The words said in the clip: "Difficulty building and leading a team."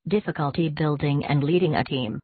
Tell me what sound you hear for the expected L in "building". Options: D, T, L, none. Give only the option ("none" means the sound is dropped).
L